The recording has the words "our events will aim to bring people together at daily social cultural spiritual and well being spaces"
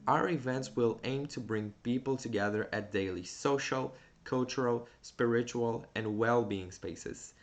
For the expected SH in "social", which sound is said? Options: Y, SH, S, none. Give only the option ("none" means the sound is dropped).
SH